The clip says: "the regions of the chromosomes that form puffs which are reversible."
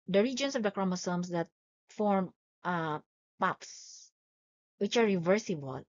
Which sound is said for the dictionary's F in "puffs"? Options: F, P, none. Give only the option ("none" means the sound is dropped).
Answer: P